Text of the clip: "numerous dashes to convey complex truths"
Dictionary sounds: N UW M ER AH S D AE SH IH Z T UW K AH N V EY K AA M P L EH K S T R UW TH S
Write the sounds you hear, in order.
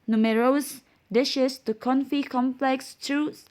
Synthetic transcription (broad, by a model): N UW M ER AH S D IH SH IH S T UW K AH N F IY K AA M P L EH K S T R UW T S